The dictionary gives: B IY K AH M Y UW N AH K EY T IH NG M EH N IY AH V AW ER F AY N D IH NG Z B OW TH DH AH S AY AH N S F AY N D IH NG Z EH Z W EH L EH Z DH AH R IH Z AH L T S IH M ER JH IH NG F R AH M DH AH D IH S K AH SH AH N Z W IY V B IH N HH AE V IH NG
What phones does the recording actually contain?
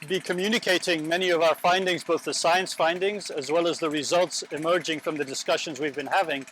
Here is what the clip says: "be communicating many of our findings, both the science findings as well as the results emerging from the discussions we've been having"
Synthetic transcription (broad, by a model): B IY K AH M Y UW N AH K EY T IH NG M EH N IY AH V AW ER F AY N D IH NG Z B OW TH DH AH S AY AH N S F AY N D IH NG Z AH Z W EH L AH Z DH AH R IH Z AH L T S IH M ER JH IH NG F R AH M DH AH D IH S K AH SH AH N Z W IY V B IH N HH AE V IH NG